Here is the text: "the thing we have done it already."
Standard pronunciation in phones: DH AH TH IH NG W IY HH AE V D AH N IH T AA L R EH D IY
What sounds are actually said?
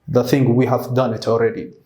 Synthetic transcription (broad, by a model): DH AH TH IH NG W IY HH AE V D AH N IH T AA L R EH D IY